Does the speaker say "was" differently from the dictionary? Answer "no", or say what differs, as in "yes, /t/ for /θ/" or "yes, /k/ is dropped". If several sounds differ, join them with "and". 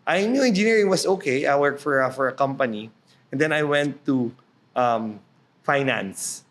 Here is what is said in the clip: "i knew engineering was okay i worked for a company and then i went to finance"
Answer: yes, /s/ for /z/